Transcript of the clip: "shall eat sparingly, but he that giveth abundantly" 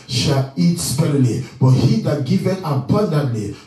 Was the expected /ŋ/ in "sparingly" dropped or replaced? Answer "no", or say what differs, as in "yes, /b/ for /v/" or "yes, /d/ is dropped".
yes, /ŋ/ is dropped